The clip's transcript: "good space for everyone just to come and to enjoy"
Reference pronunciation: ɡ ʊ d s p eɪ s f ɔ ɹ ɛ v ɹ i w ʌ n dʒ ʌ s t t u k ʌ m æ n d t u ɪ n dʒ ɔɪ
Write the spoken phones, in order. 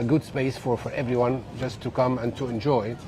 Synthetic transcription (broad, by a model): ɡ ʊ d s p eɪ s f ɔ ɹ ɛ v ɹ i w ʌ n dʒ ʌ s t t u k ʌ m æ n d t u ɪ n dʒ ɔɪ